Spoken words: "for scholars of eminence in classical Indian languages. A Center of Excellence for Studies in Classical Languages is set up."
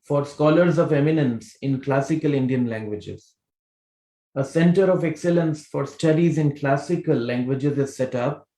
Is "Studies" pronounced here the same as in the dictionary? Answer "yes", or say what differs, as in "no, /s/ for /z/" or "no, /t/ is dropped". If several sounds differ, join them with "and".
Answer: yes